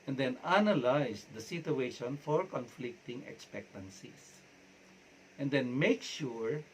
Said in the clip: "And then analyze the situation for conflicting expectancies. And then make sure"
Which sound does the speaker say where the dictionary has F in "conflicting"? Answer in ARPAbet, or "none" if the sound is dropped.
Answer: F